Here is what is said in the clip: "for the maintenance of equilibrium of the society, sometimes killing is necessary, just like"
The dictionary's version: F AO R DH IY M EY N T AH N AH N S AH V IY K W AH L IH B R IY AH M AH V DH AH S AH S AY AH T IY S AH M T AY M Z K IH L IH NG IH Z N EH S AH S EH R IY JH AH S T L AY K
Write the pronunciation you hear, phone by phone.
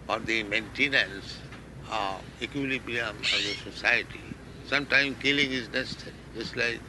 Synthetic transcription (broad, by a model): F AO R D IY M EY N T AH N AH N S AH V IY K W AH L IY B IY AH M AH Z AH S AH S AY AH T IY S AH M T AY M K IH L IH NG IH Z N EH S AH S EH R IY JH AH S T L AY K